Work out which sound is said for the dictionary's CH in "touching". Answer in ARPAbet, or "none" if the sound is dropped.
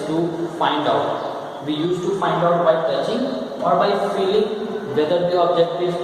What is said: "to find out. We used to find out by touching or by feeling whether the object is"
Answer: S